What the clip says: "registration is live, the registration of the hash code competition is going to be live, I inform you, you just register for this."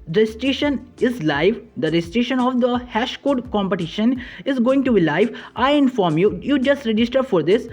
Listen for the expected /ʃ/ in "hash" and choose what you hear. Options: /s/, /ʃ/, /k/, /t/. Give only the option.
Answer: /ʃ/